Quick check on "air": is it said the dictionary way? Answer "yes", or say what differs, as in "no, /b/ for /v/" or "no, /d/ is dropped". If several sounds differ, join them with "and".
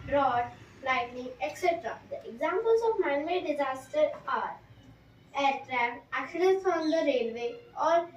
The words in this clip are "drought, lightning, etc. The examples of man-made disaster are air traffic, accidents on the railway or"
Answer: yes